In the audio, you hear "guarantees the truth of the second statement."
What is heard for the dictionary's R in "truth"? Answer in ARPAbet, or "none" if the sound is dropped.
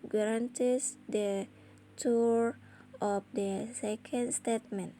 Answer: none